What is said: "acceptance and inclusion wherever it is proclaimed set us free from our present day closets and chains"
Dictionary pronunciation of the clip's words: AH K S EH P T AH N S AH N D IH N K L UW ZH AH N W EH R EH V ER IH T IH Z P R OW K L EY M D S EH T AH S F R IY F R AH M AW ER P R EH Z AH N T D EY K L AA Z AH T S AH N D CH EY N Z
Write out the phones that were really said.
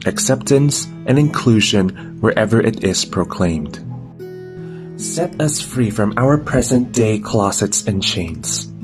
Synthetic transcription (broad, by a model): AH K S EH P T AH N S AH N IH N K L UW ZH AH N W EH R EH V ER IH T IH Z P R OW K L EY M D S EH T AH S F R IY F R AH M AW ER P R EH Z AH N D EY K L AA S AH T S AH N CH EY N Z